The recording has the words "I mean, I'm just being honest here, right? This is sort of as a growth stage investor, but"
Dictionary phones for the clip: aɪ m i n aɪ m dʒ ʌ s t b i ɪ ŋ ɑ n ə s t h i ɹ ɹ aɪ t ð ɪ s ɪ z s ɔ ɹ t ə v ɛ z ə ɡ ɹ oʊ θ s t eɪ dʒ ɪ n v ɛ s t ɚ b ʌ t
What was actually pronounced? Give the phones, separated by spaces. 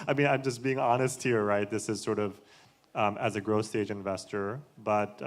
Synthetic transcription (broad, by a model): aɪ m i n aɪ m dʒ ʌ s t b i ɪ ŋ ɑ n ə s t h i ɹ ɹ aɪ t ð ɪ s ɪ z s ɔ ɹ t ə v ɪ z ə ɡ ɹ oʊ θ s t eɪ dʒ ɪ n v ɛ s t ɚ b ʌ t